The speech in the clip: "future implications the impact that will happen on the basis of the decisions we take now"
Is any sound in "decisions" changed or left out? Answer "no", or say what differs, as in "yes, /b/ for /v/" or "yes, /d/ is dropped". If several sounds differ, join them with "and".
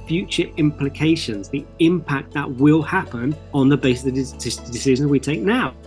no